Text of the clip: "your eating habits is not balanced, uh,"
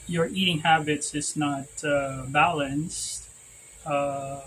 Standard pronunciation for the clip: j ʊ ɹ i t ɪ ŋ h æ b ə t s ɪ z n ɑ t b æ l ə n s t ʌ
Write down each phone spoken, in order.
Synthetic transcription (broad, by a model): j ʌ ɹ i t ɪ ŋ h æ b ə t s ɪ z n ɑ t b æ l ə n s t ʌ